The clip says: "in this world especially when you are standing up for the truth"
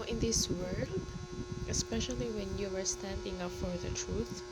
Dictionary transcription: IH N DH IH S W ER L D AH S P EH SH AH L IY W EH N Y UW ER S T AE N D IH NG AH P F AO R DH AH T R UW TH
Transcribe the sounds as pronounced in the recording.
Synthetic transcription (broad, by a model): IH N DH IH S W ER L D AH S P EH SH AH L IY W EH N Y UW ER S T AE N D IH NG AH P F AO R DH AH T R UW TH